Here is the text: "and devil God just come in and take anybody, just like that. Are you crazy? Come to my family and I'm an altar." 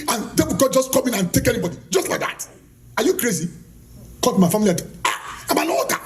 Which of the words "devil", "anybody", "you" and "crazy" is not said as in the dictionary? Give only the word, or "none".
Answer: devil